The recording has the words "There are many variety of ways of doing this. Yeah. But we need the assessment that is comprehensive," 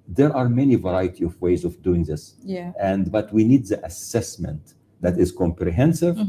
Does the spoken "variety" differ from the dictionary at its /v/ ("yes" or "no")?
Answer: no